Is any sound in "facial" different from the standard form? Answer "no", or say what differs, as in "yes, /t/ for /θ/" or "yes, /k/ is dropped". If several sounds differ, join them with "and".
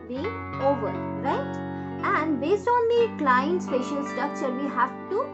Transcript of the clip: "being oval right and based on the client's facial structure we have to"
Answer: yes, /p/ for /f/